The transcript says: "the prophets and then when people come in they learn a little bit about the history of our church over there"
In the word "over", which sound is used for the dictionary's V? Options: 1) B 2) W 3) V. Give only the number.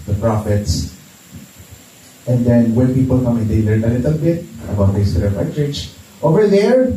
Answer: 3